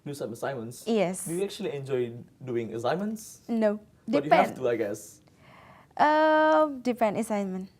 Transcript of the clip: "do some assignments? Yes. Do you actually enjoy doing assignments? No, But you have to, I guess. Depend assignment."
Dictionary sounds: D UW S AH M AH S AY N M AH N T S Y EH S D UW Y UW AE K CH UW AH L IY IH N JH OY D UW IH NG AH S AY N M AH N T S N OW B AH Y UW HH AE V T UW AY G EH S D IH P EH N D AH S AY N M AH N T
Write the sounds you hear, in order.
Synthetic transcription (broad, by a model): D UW S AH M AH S AY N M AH N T S Y EH S D UW Y UW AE K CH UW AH L IY IH N JH OY D UW IH NG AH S AY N M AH N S N OW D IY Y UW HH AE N T UW AY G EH S D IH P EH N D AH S AY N M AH N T